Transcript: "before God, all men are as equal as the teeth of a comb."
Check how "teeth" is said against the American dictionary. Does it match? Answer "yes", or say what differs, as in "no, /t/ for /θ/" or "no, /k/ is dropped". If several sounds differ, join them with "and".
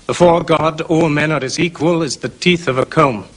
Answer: yes